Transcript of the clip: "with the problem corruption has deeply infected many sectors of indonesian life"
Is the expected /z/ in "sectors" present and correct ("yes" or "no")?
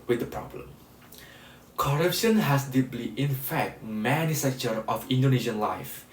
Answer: no